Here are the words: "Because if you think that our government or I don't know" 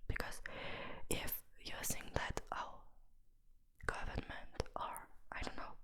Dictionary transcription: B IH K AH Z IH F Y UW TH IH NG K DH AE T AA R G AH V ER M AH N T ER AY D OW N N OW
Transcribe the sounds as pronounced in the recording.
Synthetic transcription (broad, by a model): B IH K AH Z IH F Y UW S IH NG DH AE T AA G AH V ER M AH N T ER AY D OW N N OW